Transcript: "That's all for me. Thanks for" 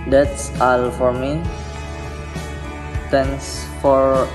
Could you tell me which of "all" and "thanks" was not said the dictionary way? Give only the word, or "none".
thanks